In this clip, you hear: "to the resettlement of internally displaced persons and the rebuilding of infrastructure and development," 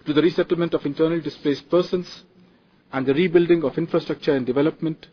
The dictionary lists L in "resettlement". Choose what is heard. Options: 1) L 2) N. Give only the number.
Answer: 1